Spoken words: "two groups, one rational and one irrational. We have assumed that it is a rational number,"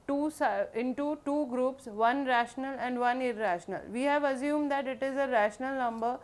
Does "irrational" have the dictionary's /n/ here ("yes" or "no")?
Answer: yes